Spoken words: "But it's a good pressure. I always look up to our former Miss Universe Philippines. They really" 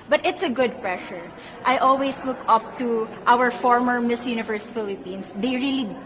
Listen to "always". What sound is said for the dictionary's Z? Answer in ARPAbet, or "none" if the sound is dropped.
S